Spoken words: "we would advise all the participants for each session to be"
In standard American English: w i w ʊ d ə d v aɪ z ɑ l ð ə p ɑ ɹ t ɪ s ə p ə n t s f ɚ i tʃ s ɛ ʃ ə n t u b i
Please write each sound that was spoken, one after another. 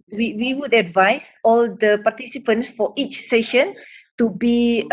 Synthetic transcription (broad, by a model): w i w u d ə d v aɪ s ɑ l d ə p ɑ t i s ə p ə n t s f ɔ i tʃ s ɛ ʃ ə n t u b i